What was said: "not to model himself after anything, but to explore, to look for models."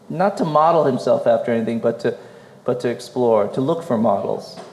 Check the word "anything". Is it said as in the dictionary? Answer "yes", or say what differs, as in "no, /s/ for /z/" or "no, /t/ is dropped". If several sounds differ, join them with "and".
yes